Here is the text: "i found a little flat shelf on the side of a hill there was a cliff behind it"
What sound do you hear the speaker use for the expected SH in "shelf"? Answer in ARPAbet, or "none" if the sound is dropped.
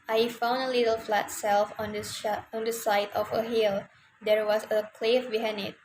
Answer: S